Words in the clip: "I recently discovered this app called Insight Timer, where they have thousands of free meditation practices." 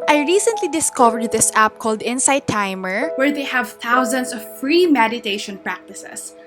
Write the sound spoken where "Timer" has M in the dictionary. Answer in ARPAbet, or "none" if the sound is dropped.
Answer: M